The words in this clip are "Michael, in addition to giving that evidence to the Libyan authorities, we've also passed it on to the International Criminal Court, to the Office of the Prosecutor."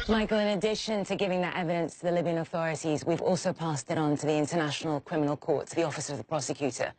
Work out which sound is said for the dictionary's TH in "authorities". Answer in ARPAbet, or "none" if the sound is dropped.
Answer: TH